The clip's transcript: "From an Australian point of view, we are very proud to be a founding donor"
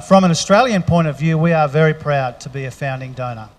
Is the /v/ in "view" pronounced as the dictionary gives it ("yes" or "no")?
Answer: yes